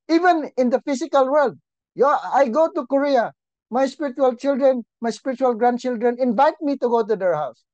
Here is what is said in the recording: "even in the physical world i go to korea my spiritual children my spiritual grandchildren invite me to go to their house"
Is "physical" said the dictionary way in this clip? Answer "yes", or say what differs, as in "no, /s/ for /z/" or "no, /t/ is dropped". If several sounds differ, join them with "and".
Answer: no, /s/ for /z/